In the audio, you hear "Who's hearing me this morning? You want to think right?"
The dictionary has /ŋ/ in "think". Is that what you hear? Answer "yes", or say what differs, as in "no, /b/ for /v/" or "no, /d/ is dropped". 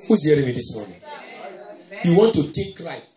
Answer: no, /ŋ/ is dropped